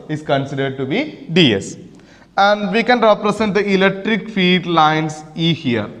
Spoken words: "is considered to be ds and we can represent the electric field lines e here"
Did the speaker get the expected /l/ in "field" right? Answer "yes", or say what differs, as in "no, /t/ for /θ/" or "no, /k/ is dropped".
no, /l/ is dropped